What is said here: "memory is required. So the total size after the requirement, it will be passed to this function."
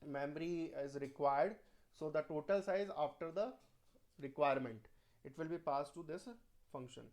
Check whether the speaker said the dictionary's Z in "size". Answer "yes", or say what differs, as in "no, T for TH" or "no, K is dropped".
yes